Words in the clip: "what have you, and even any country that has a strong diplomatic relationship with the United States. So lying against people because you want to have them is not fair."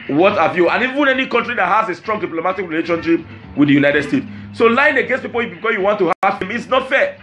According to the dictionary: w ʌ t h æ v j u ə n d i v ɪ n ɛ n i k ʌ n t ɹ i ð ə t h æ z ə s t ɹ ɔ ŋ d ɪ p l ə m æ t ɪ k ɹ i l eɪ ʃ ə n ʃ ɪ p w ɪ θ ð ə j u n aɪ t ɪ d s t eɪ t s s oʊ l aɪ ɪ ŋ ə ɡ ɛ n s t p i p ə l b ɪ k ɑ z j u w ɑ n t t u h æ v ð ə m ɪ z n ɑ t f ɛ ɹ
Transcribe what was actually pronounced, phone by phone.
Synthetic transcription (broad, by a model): w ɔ t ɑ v j u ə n i v ɪ n ɛ n i k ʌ n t ɹ i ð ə t h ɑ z ə s t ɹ ɔ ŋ d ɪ p l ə m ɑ t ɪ k ɹ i l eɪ ʃ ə n ʃ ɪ p w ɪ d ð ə j u n aɪ t ɪ d s t eɪ t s s oʊ l aɪ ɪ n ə ɡ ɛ n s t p i p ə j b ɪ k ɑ s j u w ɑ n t t u h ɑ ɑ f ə m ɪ s n ɑ t f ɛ